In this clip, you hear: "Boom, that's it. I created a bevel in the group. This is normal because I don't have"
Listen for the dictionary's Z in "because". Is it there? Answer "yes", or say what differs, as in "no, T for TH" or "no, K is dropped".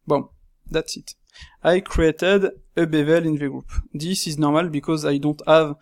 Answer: yes